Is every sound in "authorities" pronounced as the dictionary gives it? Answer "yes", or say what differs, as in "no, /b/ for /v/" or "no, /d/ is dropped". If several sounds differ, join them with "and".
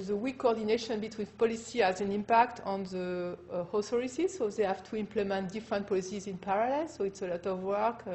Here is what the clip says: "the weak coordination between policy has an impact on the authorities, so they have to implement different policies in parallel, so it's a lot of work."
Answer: no, /s/ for /θ/ and /s/ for /t/